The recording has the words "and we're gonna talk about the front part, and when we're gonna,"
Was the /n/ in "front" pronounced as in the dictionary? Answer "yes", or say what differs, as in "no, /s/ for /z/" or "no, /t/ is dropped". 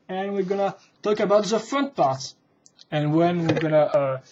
yes